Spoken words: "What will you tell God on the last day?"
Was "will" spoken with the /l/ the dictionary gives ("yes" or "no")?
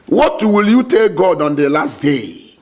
yes